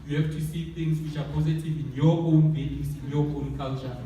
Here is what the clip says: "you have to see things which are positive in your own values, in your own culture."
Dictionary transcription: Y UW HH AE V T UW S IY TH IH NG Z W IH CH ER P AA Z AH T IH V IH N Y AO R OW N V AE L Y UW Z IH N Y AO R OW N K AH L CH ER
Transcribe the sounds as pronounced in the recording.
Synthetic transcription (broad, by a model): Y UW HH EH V T UW S IY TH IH NG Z W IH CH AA P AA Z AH T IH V IH N Y AO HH OW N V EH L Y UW S IH N Y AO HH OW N K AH L CH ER